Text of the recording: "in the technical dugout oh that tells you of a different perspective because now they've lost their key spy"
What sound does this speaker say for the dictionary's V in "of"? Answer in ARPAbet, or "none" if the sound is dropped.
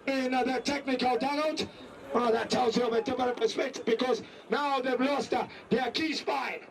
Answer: V